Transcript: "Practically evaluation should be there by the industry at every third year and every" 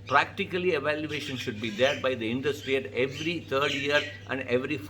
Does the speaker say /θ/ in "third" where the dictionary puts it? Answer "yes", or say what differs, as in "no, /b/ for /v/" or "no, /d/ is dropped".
no, /t/ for /θ/